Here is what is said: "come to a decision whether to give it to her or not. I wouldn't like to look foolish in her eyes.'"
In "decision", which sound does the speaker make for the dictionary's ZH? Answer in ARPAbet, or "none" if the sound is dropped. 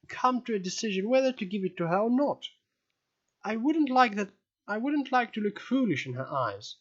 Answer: ZH